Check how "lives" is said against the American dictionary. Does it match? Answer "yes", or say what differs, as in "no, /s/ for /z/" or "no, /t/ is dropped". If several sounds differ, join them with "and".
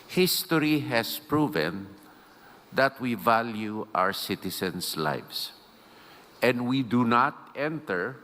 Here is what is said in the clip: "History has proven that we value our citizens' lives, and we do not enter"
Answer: no, /s/ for /z/